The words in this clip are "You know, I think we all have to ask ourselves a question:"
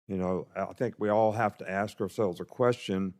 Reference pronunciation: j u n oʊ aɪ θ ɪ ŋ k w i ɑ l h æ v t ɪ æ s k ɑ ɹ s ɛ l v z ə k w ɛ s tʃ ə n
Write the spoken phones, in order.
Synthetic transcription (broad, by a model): j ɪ n oʊ aɪ θ ɪ ŋ k w i ɑ l h æ f t ɪ æ s k ɑ ɹ s ɛ l v z ə k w ɛ s tʃ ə n